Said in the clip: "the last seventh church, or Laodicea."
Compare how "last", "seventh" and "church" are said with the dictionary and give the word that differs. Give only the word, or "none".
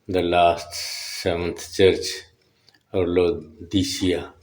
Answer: seventh